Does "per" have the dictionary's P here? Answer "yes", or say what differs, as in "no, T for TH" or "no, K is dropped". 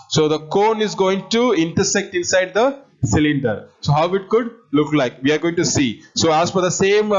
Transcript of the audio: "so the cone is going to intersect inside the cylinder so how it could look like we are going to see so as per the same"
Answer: no, F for P